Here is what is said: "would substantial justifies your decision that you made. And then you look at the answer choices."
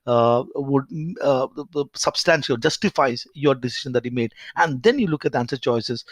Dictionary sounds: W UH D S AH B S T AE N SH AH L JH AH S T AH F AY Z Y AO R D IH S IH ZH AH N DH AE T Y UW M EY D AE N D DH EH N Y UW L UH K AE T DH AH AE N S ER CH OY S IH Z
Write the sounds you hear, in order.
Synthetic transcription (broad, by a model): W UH D S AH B S T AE N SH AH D JH AH S T AH F AY Z Y AO R D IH S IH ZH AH N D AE T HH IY M EY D AE N D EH N Y UW L UH K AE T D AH AE N S ER CH OY S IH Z